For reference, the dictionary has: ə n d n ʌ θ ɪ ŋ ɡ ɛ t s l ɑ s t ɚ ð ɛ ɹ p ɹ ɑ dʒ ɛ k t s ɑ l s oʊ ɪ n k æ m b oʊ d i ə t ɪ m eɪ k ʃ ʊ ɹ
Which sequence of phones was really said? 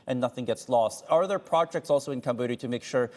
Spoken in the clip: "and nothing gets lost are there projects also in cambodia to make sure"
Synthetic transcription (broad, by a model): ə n n ʌ θ ɪ ŋ ɡ ɛ t s l ɑ s t ɚ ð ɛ ɹ p ɹ ɑ dʒ ɛ k t s ɑ l s oʊ ɪ n k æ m b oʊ d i t ɪ m eɪ k ʃ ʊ ɹ